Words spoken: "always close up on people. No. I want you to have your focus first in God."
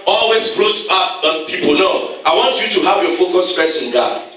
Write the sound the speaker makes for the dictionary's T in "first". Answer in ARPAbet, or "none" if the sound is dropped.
none